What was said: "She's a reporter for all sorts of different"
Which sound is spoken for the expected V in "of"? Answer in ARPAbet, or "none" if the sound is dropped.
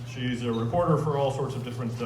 V